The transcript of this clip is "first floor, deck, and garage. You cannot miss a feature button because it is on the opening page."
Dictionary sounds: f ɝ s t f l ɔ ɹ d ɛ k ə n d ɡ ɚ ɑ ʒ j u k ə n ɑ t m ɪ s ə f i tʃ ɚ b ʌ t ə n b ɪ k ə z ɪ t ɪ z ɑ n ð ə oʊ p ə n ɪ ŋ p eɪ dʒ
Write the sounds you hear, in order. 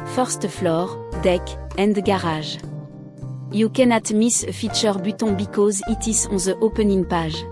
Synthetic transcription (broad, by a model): f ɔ s t f l ɔ ɹ d ɛ k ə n d ɡ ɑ ɑ ʒ j u k ə n ɑ t m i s f i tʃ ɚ b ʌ t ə b ɪ k ə z ɪ t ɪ s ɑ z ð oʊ p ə n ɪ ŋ p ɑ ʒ